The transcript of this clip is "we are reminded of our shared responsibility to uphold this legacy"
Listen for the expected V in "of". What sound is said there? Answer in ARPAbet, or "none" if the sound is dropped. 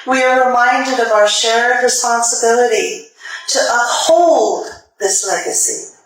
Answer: V